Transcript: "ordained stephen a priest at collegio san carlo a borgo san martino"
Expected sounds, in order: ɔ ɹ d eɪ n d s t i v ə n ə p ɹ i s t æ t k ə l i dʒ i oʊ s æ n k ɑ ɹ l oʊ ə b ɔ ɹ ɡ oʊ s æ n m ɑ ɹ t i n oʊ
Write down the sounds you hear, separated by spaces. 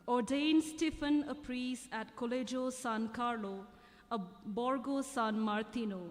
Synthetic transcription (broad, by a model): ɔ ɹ d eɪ n s t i f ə n ə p ɹ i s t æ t k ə l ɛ dʒ oʊ s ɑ n k ɑ ɹ l oʊ ə b ɔ ɹ ɡ oʊ s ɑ n m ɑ ɹ t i n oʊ